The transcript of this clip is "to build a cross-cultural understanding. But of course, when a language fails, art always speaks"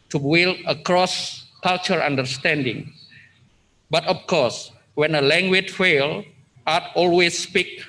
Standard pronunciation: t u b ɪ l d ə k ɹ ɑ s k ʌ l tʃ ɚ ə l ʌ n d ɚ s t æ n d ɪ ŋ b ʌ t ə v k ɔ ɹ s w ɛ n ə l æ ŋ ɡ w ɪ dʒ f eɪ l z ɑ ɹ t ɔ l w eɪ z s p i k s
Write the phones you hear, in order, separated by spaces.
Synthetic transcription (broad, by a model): t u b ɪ l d ə k ɹ ɑ s k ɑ l tʃ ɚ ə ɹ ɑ n d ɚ s t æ n d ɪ ŋ b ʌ t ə f k ɔ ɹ s w ɛ n ə l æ ŋ ɡ w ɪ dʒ f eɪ l ɑ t ɔ l w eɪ s p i k